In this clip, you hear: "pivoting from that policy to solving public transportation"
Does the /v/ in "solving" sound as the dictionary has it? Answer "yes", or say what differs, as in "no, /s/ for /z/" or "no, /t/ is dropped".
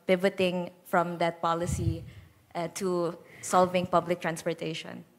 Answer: yes